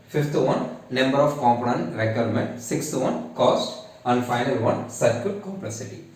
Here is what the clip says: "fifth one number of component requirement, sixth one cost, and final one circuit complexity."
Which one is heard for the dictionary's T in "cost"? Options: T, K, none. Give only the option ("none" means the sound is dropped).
T